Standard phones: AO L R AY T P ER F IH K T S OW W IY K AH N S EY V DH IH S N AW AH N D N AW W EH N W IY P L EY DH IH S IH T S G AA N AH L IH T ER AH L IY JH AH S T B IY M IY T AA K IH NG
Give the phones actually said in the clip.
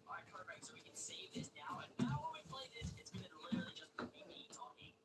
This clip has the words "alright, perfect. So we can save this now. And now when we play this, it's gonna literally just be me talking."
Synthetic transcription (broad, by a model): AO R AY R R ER IH T S OW W IY K AH N S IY DH IH S N AW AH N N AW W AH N W IY P L EY DH IH S IH T S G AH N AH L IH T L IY JH AH S T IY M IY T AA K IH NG